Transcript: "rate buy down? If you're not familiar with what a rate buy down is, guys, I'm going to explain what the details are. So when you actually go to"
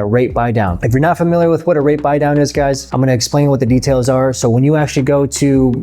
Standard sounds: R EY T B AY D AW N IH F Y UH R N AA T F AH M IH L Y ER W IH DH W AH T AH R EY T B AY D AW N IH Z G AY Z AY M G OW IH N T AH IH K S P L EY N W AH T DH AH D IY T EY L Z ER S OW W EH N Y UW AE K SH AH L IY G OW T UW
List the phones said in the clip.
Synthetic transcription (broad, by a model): R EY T B AY D AW N IH F Y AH R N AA T F AH M IH L Y ER W IH DH W AH T AH R EY T B AY D AW N IH Z G AY Z AY M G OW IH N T IH K S P L EY N W AH T DH AH D IY T EY L Z ER S OW W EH N Y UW AE K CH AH L IY G OW T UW